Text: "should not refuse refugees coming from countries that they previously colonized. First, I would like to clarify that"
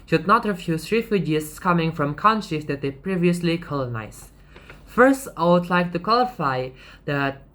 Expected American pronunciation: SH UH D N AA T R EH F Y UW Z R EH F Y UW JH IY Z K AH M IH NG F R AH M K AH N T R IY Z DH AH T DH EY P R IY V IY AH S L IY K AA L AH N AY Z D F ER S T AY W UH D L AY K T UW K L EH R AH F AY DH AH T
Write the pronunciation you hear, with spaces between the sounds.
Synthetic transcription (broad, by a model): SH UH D N AA T R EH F Y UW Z R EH F Y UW JH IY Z K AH M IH NG F R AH M K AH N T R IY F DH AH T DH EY P R IY V IY AH S L IY K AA L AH N AY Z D F ER S T AY W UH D L AY K T UW K W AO L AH F AY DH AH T